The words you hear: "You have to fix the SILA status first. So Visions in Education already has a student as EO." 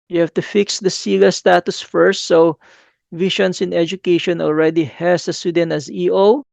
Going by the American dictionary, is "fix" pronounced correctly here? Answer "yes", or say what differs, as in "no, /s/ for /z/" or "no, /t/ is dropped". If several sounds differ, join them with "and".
yes